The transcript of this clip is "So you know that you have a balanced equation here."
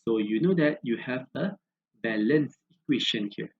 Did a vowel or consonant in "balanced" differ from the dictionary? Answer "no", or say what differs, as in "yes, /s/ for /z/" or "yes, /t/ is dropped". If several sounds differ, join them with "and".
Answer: yes, /t/ is dropped